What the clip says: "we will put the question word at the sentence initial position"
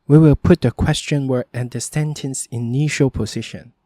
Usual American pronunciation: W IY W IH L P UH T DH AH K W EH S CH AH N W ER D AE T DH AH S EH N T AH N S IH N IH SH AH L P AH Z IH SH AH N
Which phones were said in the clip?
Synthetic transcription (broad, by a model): W IY W IH L P UH T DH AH K W EH S CH AH N W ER AE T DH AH S EH N T AH N S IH N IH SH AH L P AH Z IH SH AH N